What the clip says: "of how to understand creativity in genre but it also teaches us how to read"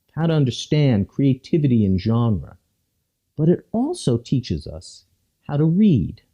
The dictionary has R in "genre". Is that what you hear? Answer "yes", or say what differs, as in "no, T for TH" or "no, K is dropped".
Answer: yes